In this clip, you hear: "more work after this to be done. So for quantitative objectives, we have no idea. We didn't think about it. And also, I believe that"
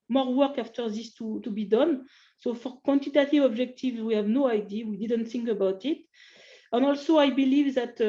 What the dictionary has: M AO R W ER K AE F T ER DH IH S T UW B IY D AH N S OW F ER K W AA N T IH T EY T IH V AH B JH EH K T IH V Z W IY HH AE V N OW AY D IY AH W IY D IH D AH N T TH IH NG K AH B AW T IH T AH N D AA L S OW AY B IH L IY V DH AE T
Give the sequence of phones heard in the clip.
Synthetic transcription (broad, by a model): M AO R W ER K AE F T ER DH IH S T UW B IY D AH N S OW F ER K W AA N T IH T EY T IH V AH B JH EH K T IH V Z W IY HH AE V N OW AY D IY W IY D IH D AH N T TH IH NG K AH B AW T IH T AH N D AA L S OW AY B IH L IY V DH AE T